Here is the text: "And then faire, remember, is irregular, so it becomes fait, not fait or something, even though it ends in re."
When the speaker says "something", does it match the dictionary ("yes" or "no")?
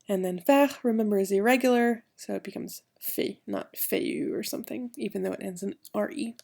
yes